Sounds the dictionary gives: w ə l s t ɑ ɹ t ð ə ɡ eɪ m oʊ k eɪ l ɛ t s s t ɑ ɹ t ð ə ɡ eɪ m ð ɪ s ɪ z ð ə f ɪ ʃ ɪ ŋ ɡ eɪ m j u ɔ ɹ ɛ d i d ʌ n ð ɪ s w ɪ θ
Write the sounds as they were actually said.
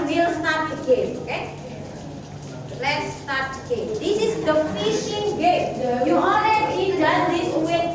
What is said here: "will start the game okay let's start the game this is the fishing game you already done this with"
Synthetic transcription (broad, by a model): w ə l s t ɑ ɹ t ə ɡ eɪ m oʊ k eɪ l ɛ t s s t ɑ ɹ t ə ɡ eɪ m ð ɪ s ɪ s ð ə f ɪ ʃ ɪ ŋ ɡ eɪ m j u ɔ l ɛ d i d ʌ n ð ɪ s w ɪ